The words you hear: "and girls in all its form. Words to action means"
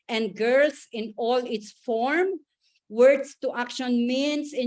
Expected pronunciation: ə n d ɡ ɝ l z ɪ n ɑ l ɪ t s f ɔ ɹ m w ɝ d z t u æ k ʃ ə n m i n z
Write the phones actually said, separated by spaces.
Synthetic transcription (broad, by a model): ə n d ɡ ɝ l s ɪ n ɑ l ɪ t s f ɔ ɹ m w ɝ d s t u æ k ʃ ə n m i n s